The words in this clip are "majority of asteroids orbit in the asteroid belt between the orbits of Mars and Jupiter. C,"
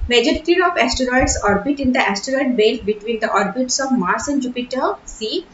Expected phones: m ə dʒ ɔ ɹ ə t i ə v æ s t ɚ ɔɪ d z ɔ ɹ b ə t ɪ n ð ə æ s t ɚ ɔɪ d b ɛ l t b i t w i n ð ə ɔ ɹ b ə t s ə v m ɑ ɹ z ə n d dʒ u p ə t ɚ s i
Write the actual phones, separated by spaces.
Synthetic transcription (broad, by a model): m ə dʒ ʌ ɹ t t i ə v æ s t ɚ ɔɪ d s ɔ ɹ b ə t ɪ n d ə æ s t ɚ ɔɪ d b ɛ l b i t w i n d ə ɔ ɹ b ə t s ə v m ɑ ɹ s ə n d dʒ u p ə t ɚ s i